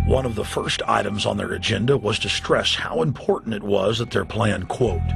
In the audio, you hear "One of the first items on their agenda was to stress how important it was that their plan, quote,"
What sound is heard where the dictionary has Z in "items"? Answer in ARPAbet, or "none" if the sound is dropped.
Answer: Z